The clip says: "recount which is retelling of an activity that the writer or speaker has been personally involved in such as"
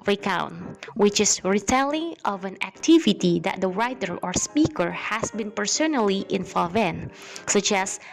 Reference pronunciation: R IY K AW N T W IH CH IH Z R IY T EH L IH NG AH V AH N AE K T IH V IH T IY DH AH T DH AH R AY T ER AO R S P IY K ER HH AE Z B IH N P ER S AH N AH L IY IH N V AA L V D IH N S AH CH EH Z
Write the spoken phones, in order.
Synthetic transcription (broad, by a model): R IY K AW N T W IH CH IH S R IY T EH L IH NG AH V AH N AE K T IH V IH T IY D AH T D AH R AY T ER AO R S P IY K ER HH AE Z B IH N P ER S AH N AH L IY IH N F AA V IH N S AH CH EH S